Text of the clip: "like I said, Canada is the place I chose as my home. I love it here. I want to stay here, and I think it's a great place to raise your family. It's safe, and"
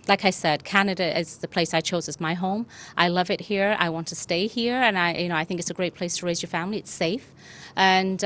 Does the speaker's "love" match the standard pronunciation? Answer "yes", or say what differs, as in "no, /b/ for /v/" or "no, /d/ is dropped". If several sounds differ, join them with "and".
yes